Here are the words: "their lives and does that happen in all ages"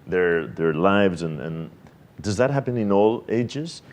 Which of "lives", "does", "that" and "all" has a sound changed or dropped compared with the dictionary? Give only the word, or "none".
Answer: none